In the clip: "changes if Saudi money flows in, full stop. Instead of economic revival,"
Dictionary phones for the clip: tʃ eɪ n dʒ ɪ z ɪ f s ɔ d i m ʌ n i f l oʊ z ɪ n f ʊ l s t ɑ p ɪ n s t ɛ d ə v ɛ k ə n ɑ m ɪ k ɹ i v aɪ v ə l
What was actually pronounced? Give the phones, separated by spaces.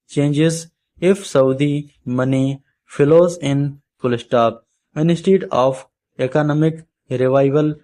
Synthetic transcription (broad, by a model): tʃ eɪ n dʒ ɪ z ɪ f s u d i m ʌ n i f l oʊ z ɪ n p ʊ l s t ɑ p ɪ n s t ɛ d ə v ɛ k ə n ɑ m ɪ k ɹ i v aɪ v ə l